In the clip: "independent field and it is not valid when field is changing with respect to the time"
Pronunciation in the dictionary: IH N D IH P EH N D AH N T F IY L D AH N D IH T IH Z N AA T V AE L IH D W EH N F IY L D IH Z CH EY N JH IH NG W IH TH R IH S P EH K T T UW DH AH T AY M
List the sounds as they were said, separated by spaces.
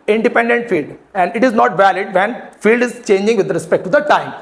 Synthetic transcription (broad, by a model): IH N D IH P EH N D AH N T F IY L D AH N D IH T IH Z N AA T V AE L IH D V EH N F IY L D IH Z CH EY N JH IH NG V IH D R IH S P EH K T T UW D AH T AY M